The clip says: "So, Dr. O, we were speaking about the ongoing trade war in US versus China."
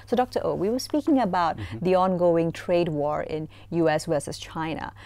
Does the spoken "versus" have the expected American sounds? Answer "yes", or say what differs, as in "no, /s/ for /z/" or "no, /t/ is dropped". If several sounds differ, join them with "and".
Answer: no, /w/ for /v/